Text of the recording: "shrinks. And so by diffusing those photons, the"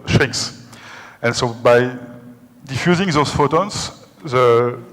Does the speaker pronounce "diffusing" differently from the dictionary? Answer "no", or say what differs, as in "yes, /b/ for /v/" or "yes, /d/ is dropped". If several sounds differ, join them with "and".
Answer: no